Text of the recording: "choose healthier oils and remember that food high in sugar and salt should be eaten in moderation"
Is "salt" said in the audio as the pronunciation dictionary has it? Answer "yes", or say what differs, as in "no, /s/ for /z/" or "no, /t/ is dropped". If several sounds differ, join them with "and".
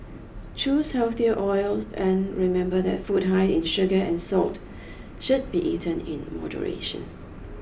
yes